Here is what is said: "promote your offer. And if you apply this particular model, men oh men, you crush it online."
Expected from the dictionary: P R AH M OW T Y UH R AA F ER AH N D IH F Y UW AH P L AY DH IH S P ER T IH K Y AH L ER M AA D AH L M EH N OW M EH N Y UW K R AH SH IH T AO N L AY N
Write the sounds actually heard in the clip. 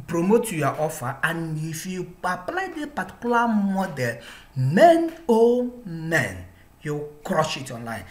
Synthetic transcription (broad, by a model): P R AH M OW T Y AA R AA F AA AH N IH F Y UW AH P L AY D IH P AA T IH K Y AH L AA M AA D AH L M EH N OW M EH N Y UW K R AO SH IH T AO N L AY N